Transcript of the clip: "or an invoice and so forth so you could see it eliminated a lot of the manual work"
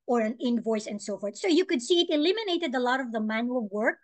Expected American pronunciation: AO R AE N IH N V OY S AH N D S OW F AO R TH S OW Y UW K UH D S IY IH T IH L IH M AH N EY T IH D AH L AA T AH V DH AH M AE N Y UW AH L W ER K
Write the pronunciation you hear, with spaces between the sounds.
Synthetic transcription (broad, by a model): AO R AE N IH N V OY S AH N D S OW F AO R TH S OW Y UW K UH D S IY IH T IH L IH M AH N EY T IH D AH L AA T AH V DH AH M AE N Y UW AH L W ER K